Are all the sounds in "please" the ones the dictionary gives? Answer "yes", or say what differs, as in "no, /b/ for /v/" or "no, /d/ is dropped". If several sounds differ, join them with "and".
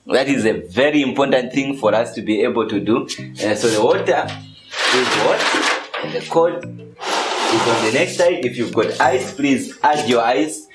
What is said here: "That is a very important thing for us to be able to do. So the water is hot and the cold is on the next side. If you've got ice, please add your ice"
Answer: yes